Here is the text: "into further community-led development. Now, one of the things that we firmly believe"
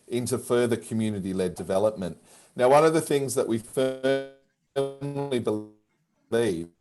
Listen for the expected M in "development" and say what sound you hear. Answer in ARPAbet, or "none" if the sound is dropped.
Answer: M